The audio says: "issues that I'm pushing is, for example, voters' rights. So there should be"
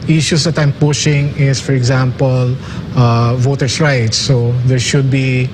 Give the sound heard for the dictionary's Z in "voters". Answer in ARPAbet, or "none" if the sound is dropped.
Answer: S